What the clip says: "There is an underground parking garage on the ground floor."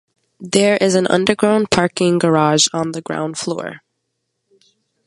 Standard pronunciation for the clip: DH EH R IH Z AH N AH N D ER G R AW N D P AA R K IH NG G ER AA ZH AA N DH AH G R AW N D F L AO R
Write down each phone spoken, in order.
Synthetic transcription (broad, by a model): DH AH R IH Z AH N AH N D ER G R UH N P AA R K IH NG G ER AA ZH N DH AH G R AW N D F L AO R